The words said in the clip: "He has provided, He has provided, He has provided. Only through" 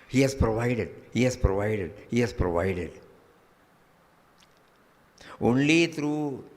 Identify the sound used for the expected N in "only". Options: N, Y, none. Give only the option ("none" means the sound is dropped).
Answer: N